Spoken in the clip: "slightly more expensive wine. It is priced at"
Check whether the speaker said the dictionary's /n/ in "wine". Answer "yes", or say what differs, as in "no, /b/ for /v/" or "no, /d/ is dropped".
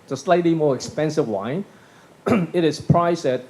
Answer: yes